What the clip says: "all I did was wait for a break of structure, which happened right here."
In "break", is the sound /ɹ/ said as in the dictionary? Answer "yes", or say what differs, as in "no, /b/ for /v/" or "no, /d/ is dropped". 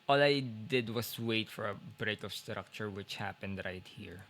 yes